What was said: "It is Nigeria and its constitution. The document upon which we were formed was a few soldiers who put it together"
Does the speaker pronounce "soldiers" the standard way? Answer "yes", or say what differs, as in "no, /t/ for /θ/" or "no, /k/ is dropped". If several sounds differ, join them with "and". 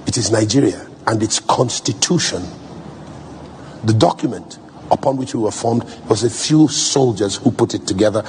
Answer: yes